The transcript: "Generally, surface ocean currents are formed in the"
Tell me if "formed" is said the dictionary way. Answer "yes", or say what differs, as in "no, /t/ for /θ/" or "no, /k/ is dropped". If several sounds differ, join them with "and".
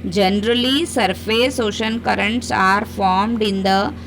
yes